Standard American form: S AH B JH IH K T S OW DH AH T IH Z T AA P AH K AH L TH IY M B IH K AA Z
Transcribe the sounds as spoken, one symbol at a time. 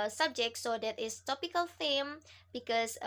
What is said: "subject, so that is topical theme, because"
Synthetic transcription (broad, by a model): S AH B JH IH K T S OW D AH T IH S T AA P AH K AH L F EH M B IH K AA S